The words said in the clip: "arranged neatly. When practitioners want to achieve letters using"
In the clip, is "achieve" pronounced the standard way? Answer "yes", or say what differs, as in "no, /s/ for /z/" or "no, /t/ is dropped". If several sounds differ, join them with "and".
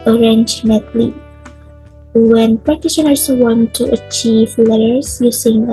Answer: yes